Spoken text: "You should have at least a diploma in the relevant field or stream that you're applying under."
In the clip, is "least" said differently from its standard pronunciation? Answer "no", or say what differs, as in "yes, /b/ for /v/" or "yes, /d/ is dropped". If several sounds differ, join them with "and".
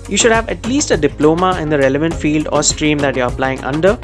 no